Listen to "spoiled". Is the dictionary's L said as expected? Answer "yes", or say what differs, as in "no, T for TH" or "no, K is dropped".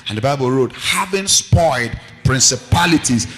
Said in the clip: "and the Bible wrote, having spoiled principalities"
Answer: no, L is dropped